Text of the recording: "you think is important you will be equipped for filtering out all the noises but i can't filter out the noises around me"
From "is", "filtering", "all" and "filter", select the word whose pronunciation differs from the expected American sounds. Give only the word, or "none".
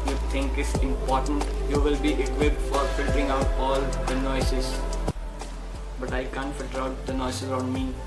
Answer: is